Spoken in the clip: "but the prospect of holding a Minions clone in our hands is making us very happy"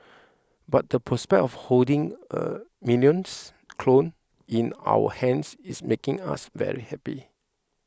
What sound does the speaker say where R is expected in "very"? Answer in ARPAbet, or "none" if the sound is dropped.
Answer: R